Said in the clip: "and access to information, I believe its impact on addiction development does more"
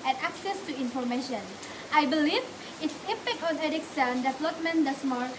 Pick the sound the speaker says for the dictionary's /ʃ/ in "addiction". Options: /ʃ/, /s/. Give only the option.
/s/